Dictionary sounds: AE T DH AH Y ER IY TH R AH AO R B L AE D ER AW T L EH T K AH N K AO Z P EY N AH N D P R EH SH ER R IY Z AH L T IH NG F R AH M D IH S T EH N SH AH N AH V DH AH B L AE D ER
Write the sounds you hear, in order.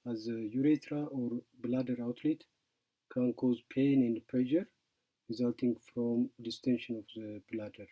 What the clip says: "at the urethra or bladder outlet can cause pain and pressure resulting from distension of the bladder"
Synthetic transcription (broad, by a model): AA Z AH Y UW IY T R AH AO R B L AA D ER AW T L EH T K AH N K AO Z P EY N AH N D P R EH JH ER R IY Z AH L T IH NG F R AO M D IH S T EH N SH AH N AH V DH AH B L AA D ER